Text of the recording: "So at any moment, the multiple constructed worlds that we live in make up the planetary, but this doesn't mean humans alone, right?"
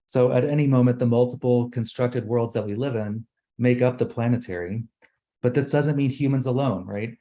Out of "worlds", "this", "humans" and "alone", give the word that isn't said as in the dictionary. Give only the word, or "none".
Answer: none